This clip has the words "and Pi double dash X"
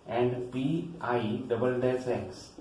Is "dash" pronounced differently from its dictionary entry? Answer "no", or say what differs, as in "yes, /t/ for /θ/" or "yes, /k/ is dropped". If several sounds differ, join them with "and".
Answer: yes, /s/ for /ʃ/